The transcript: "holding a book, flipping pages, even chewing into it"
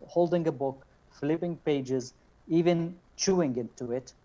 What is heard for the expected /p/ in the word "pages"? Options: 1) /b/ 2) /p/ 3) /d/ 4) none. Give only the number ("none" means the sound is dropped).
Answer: 2